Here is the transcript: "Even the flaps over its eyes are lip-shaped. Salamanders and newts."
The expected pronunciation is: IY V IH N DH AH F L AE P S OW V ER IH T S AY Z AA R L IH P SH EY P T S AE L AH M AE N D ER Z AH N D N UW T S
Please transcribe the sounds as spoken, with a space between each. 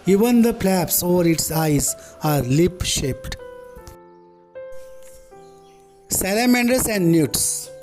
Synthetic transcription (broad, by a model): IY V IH N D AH P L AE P S OW V ER IH T S AY Z AA R L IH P SH EY P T S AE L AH M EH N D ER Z AH N D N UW T S